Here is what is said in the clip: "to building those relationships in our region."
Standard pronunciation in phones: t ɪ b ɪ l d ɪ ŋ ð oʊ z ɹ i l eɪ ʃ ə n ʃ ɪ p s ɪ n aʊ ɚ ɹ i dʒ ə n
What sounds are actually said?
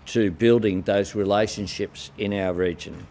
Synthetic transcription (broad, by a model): t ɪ b ɪ l d ɪ ŋ ð oʊ z ɹ i l eɪ ʃ ə n ʃ ɪ p s ɪ n aʊ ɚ ɹ i dʒ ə n